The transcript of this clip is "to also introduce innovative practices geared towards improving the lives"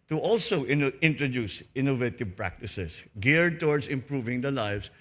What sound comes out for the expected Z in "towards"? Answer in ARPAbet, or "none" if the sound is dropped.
S